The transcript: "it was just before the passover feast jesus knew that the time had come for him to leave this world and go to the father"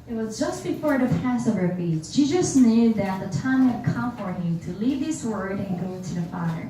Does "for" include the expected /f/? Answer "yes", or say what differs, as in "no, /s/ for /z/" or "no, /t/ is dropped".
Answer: yes